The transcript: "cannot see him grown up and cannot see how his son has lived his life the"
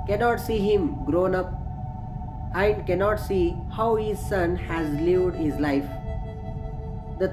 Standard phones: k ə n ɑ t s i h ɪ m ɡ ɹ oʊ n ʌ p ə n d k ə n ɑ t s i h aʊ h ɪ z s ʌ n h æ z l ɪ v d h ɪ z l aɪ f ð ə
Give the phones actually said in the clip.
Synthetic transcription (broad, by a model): k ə n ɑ t s i h ɪ m ɡ ɹ oʊ n ʌ p ə n d k ə n ɑ t s i h aʊ h ɪ z s ʌ n h æ z l ɪ v d h ɪ z l aɪ f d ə